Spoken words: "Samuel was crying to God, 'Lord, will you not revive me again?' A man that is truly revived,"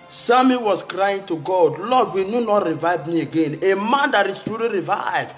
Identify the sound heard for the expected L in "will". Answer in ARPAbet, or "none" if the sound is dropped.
N